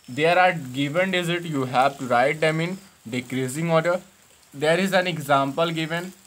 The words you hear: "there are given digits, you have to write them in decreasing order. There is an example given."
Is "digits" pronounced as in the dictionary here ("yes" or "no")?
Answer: no